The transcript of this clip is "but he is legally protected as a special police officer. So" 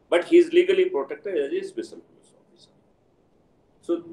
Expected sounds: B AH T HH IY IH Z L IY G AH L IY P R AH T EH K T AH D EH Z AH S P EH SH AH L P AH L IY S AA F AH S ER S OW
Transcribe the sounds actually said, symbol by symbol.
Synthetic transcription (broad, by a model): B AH T HH IY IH Z L IY G AH L IY P R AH T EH K T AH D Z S B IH S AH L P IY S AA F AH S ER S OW